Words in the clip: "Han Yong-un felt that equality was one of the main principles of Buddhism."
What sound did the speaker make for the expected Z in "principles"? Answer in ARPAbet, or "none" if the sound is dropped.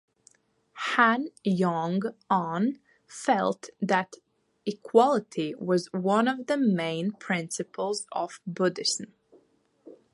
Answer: Z